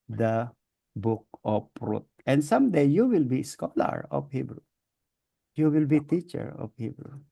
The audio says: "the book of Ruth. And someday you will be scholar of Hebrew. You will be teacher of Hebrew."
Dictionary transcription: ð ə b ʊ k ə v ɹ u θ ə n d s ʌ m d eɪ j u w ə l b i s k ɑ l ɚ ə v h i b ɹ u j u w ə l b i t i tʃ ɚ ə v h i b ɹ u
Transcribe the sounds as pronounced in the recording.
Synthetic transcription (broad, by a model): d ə b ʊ k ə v ɹ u t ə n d s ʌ m d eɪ j u w ə l b i s k ɑ l ɚ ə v h i b ɹ u j u w ə l b i t i tʃ ɚ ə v h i b ɹ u